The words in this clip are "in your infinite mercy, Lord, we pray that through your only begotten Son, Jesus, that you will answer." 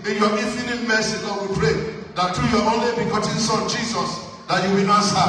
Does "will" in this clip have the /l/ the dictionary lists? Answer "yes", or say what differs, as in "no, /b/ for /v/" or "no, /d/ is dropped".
no, /n/ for /l/